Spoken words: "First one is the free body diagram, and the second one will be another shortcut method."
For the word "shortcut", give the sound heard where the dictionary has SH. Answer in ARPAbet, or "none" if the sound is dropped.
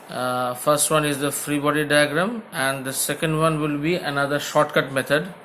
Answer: SH